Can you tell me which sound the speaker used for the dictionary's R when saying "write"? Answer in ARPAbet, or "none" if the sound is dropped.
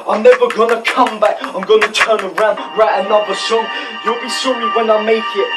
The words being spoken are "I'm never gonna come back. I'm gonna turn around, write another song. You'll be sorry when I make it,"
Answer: R